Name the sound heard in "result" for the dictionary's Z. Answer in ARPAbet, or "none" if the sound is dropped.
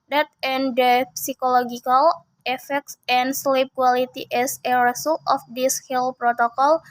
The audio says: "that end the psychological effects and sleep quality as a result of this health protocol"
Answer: S